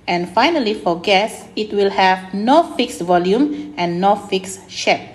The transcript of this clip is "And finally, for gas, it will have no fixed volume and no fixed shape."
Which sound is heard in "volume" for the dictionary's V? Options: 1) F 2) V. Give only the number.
2